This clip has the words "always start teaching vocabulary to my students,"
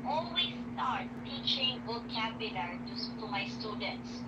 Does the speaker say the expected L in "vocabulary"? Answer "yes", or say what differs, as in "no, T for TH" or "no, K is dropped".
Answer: no, N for L